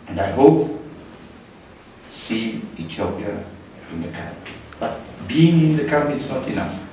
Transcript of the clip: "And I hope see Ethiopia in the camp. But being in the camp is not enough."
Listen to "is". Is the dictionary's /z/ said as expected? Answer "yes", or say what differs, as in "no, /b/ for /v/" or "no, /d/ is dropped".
no, /s/ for /z/